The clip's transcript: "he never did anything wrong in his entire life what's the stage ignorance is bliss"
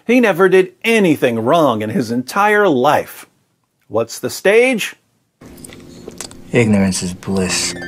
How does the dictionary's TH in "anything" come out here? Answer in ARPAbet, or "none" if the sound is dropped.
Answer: TH